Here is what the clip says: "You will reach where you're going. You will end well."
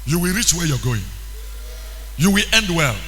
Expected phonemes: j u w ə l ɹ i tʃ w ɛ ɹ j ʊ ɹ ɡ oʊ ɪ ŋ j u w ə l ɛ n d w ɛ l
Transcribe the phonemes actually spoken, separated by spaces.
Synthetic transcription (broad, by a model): j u w ə l ɹ i tʃ w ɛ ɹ j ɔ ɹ ɡ oʊ ɪ ŋ j u w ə l ɛ n d w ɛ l